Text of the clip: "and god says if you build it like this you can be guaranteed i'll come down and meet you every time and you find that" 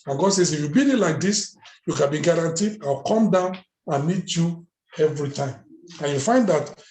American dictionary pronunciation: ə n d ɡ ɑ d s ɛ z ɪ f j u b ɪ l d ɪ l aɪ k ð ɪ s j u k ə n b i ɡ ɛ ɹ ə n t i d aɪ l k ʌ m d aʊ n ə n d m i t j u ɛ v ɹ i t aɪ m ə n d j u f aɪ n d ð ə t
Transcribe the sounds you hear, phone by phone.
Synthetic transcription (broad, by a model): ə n ɡ ɑ d s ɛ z ɪ f j u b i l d ɪ l aɪ k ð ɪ s j u k ə n b i ɡ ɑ ɹ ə n t i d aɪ w k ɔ m d aʊ n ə n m i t j u ɛ v ɹ i t aɪ m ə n j u f aɪ n d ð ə t